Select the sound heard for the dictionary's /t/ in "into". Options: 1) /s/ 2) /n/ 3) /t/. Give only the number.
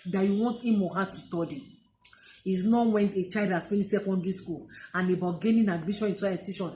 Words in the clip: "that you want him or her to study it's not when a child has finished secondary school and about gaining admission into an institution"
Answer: 1